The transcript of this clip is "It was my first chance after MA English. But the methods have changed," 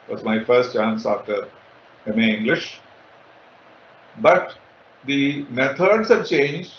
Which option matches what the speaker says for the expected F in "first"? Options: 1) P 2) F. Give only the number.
2